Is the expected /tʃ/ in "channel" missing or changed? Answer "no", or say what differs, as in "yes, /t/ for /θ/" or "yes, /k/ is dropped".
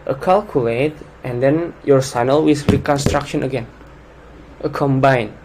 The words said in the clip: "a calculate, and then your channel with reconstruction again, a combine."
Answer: yes, /s/ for /tʃ/